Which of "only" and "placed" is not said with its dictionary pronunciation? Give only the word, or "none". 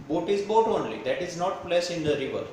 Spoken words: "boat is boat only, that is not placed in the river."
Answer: placed